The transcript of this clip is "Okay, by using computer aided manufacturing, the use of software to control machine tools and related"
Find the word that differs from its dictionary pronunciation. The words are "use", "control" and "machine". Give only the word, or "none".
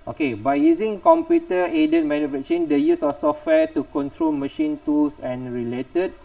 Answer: none